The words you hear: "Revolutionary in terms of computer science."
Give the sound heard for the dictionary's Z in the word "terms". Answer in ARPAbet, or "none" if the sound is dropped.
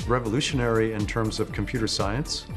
Z